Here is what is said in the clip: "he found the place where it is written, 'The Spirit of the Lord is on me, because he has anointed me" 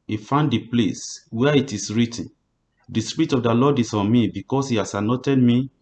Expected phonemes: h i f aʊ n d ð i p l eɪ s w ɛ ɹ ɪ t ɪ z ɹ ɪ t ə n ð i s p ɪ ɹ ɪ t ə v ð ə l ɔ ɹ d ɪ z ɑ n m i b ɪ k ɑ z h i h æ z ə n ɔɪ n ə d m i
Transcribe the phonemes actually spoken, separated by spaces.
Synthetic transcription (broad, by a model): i f aʊ n d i p l eɪ s w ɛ ɪ t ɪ s ɹ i t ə n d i s p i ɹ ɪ t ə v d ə l ɔ d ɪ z ɑ n m i b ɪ k ɑ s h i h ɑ s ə n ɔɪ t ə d m i